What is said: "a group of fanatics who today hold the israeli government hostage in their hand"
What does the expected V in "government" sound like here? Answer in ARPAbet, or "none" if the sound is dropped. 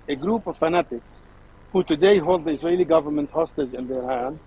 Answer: V